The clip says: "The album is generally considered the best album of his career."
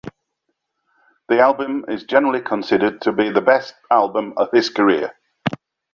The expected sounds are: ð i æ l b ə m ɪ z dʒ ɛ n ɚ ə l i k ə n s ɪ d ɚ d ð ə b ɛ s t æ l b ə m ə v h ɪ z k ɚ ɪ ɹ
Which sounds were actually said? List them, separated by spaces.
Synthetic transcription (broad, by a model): ð i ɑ l b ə m ɪ z dʒ ɛ n ɚ ə l i k ə n s ɪ d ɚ d ð ə b ɛ s t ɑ l b ə m ə v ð ɪ s k ɚ ɪ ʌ